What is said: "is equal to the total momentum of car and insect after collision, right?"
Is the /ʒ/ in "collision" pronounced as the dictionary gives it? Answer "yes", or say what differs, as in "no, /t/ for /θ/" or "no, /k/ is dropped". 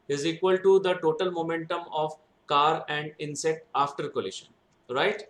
no, /ʃ/ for /ʒ/